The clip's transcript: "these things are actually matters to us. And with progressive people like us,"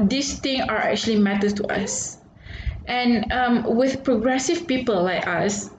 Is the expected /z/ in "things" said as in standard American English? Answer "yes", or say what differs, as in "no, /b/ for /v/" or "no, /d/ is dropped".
no, /z/ is dropped